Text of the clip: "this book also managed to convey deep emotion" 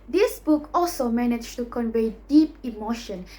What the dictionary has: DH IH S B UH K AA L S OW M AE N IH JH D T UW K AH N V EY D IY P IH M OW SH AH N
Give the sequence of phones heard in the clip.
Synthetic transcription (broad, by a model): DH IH S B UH K AA L S OW M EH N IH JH T UW K AH N V EY D IY P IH M OW SH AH N